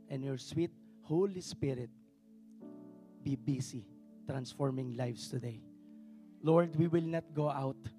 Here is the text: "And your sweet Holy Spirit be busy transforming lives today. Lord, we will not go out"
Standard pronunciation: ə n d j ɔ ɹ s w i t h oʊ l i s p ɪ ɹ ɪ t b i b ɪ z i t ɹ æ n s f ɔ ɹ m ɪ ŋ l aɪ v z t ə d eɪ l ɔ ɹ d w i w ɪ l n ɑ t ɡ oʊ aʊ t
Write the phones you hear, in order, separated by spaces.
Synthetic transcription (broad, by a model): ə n j ɔ ɹ s w i t h oʊ l i s p ɪ ɹ ɪ t b i b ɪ s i t ɹ æ n s f ɔ ɹ m ɪ ŋ l aɪ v s t ə d eɪ l ɔ ɹ d w i w ɪ l n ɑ t ɡ oʊ aʊ t